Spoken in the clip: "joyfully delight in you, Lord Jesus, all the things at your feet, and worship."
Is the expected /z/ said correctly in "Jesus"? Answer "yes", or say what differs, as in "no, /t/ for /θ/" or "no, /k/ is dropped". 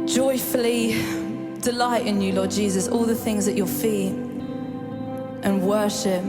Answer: yes